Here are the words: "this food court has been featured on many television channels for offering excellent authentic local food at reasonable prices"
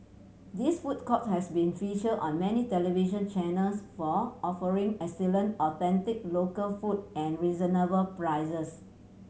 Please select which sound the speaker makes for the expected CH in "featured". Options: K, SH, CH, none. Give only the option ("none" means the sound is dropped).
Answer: SH